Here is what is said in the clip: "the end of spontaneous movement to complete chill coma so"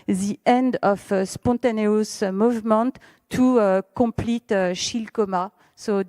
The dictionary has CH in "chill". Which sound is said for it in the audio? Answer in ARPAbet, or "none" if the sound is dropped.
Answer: SH